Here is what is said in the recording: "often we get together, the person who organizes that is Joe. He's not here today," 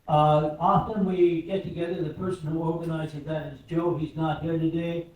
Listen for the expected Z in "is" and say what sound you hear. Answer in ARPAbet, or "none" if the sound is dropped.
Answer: Z